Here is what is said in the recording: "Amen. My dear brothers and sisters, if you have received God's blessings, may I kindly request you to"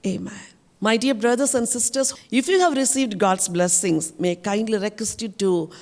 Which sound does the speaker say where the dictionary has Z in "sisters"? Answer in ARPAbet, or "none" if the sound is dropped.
S